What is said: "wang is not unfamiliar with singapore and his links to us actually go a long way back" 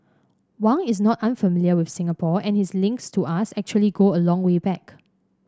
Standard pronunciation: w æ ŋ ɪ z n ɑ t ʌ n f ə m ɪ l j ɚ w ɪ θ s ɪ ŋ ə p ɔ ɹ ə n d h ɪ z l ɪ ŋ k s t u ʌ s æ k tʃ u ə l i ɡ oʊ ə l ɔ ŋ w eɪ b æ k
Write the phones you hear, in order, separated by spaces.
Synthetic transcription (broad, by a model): w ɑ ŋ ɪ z n ɑ t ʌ n f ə m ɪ l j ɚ w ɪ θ s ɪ ŋ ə p ɔ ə n h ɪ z l ɪ ŋ k s t u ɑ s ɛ k tʃ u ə l i ɡ oʊ ə l ɔ ŋ w eɪ b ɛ k